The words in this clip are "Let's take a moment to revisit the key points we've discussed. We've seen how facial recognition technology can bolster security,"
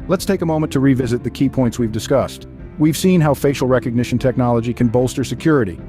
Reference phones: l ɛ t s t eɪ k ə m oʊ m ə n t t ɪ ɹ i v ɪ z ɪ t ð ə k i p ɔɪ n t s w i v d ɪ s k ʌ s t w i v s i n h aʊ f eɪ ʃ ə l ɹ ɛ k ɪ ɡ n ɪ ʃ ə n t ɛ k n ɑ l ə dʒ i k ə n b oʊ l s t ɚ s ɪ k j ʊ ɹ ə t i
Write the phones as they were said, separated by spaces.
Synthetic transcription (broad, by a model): l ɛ t s t eɪ k ə m oʊ m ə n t t ɪ ɹ i v ɪ z ɪ t ð ə k i p ɔɪ n t s w i v d ɪ s k ʌ s t w i v s i n h aʊ f eɪ ʃ l ɹ ɛ k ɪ ɡ n ɪ ʃ n t ɛ k n ɑ l ə dʒ i k ə n b oʊ l s t ɚ s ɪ k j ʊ ɹ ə t i